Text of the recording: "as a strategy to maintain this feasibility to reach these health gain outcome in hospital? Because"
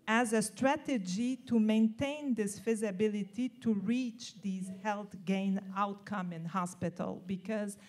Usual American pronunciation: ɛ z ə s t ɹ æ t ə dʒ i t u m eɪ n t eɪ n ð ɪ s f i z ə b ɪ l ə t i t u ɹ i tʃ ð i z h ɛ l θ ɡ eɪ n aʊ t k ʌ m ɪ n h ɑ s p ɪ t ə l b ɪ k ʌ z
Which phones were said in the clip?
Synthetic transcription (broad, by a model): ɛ z ə s t ɹ æ t ə dʒ i t u m eɪ n t eɪ n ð ɪ s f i z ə b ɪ l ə t i t u ɹ i tʃ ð i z h ɛ l θ ɡ eɪ n aʊ t k ʌ m ɪ n h ɑ s p ɪ t ə l b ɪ k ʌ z